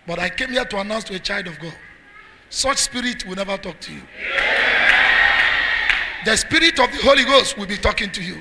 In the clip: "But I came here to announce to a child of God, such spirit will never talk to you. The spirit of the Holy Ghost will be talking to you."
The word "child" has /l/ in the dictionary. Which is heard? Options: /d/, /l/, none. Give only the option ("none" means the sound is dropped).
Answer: /l/